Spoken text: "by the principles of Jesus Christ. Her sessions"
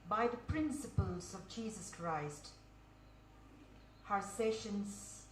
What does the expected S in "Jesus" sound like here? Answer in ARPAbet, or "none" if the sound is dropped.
S